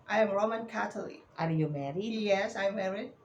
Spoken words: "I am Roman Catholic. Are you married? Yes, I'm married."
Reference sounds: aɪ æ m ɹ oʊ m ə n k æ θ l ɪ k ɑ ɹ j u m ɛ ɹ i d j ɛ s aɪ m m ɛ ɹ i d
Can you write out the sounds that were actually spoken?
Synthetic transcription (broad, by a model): aɪ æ m ɹ oʊ m ə n k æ t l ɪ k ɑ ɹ j u m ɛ ɹ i j ɛ s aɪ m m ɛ ɹ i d